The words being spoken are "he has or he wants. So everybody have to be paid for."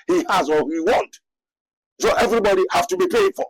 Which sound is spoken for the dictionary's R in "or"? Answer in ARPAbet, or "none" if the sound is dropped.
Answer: L